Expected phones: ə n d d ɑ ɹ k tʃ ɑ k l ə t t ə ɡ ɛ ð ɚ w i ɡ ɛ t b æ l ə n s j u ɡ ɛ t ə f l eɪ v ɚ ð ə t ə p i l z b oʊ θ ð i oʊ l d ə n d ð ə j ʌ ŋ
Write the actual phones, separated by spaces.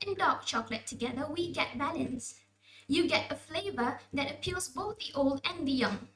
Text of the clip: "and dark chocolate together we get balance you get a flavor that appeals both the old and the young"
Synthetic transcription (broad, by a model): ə n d d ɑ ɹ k tʃ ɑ k l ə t t ə ɡ ɛ ð ɚ w i ɡ ɛ t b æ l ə n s j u ɡ ɛ t ə f l eɪ v ɚ ð ə t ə p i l z b oʊ θ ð i oʊ l d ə n ð ə j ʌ ŋ